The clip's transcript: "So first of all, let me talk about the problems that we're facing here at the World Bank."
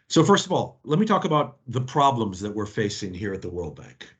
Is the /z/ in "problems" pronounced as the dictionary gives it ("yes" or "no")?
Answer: yes